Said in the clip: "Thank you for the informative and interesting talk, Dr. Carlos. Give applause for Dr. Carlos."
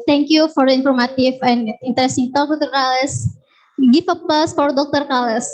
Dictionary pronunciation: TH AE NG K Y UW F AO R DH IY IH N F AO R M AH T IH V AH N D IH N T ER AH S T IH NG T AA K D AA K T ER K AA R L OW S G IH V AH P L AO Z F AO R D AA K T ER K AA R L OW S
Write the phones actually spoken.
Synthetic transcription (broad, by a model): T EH NG K Y UW F AO R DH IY N F AO R M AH T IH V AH N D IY N T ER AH S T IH NG T AA K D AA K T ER K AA L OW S G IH F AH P AH S F AO R D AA K T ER K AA L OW S